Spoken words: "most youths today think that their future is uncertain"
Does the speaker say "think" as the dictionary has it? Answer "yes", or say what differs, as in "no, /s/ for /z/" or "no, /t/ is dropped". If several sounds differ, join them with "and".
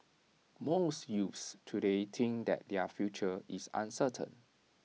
no, /t/ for /θ/